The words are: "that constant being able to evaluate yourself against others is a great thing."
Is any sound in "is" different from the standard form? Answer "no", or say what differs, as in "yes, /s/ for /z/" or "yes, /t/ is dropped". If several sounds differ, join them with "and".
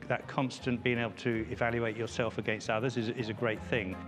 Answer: no